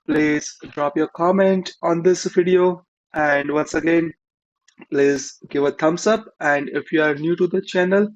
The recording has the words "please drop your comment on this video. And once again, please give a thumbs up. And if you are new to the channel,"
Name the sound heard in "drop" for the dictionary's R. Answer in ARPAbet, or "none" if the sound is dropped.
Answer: R